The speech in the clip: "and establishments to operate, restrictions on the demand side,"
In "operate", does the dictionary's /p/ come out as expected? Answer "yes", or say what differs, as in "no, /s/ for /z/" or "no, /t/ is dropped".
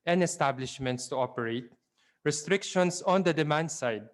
yes